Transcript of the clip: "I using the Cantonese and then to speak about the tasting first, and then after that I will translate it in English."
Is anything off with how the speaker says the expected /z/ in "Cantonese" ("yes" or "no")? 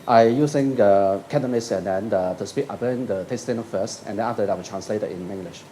yes